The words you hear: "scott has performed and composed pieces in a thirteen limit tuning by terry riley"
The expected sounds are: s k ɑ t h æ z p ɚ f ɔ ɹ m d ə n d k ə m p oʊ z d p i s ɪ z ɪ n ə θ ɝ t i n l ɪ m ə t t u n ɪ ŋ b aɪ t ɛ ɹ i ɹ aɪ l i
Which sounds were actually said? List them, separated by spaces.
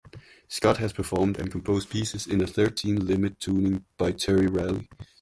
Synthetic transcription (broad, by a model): s k ɑ t h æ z p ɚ f ɔ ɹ m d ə n k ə m p oʊ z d p i s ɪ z ɪ n ə θ ɝ t i n l ɪ m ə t t u n ɪ ŋ b aɪ t ɛ ɹ i ɹ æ l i